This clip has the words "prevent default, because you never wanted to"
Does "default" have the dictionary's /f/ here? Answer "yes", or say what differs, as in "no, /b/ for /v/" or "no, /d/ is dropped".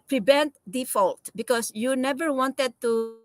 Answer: yes